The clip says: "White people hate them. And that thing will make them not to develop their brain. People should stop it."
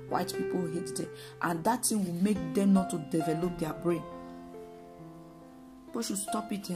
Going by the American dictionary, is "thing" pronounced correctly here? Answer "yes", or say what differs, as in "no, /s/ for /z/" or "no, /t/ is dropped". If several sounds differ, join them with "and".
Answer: no, /t/ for /θ/